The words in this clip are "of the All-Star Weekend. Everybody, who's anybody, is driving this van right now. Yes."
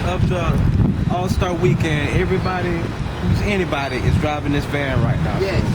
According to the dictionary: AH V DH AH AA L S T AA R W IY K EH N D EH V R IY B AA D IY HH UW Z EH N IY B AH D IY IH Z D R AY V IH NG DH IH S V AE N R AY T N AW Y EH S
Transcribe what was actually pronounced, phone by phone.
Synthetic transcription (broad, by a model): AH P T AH AA L S T AA R W IY K EH N D EH V R IY B AA D IY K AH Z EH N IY B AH D IY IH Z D R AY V IH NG DH IH S B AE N R AY T N AW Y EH